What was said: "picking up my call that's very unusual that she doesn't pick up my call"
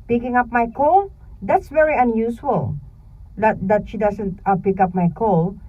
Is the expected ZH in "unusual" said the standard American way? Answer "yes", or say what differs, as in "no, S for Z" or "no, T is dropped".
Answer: no, S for ZH